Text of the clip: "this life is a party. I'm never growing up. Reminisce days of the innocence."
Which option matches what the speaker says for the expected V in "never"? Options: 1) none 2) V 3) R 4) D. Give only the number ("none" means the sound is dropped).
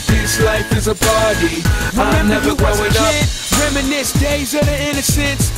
1